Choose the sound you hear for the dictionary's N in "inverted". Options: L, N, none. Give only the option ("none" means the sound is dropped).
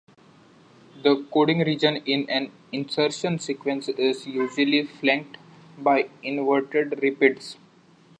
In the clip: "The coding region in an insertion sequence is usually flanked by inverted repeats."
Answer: N